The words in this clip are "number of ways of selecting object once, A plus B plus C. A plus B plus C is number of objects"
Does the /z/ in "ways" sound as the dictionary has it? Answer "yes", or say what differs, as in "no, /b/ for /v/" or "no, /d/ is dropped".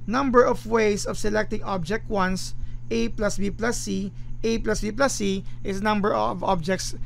no, /s/ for /z/